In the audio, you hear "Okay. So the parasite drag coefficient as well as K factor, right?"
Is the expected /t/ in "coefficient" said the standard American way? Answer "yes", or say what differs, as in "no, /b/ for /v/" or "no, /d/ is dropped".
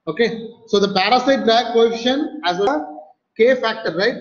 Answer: no, /t/ is dropped